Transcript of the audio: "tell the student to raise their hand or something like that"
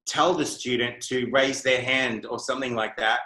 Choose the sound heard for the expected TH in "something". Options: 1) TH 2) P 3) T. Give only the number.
1